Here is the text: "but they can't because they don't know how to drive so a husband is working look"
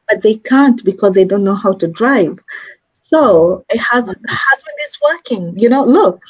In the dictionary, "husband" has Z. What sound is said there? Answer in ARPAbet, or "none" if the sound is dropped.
Z